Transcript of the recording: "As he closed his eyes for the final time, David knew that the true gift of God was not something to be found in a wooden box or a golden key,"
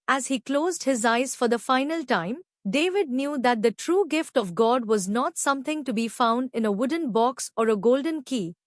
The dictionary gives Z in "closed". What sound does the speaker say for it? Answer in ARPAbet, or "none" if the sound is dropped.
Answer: Z